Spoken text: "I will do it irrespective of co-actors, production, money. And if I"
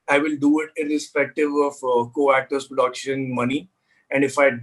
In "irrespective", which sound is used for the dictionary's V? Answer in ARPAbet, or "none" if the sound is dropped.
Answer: V